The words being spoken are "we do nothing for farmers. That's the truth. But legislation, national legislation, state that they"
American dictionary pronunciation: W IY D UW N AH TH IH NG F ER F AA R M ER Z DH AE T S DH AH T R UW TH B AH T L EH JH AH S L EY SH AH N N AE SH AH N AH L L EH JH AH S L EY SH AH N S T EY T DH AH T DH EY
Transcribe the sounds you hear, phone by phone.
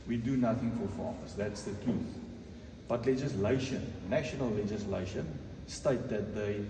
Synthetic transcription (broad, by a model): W IY D UW N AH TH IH NG F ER F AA M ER S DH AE T S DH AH T R UW TH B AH T L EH JH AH S L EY SH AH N N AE SH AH N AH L L EH JH AH S L EY SH AH N S T EY T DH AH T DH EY